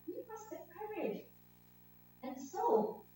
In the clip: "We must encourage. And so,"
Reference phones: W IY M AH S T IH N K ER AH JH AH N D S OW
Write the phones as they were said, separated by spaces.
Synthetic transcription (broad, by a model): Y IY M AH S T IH K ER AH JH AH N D S OW